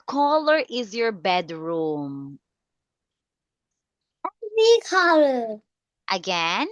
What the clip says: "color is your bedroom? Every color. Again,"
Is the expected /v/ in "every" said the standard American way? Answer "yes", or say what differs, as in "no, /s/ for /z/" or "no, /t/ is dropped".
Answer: no, /v/ is dropped